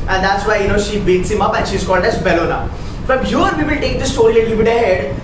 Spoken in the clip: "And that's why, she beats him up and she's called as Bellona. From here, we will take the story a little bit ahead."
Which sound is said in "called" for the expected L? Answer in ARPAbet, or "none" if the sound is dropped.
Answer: L